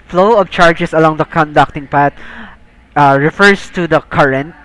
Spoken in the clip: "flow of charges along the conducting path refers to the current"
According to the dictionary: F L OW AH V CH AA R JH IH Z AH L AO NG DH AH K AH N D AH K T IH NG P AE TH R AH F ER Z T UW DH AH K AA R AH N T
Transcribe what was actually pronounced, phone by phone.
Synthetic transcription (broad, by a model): F L OW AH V CH AA R JH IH S AH L AO NG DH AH K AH N D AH K T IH NG P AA T R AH F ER S T UW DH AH K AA R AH N T